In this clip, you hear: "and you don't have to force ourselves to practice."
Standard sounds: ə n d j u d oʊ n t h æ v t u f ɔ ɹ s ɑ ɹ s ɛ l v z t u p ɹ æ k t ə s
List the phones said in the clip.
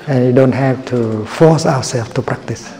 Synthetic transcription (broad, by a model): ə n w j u d oʊ n t h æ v t u f ɔ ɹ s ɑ w s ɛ l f t u p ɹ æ k t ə s